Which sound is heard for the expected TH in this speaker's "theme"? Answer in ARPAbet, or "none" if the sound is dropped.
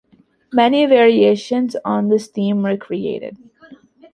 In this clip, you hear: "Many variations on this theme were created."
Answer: T